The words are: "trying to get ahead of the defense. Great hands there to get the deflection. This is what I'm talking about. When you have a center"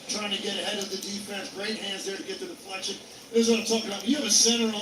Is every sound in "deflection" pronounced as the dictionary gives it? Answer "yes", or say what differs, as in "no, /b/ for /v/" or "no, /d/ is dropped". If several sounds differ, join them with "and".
no, /p/ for /f/